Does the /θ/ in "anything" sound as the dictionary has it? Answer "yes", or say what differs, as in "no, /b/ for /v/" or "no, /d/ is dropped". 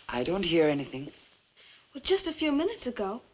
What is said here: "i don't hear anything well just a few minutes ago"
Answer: yes